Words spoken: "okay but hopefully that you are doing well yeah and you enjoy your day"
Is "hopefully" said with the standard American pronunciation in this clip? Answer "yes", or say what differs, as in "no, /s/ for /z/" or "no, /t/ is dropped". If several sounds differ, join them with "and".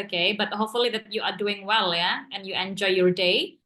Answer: yes